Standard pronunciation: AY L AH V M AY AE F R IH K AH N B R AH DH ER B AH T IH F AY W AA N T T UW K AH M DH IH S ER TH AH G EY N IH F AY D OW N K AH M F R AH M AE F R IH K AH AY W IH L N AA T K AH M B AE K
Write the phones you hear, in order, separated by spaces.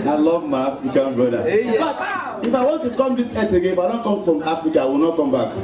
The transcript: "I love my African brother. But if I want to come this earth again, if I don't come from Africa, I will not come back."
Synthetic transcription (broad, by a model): AY L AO V M AY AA F R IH K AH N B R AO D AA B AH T IH F AY W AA N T T UW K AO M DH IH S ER T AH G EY IH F AY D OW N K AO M F R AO M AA F R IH K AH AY W IH L N AA T K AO M B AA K